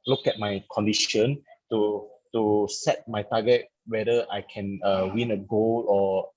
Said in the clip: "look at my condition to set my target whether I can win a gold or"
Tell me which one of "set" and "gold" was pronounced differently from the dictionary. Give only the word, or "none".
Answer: gold